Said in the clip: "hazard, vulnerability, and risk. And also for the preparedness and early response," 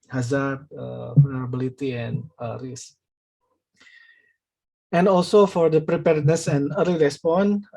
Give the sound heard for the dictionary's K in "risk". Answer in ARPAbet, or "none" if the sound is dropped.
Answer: none